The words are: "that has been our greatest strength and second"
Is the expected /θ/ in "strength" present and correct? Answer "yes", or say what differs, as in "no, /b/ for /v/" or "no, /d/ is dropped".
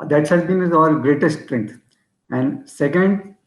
no, /t/ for /θ/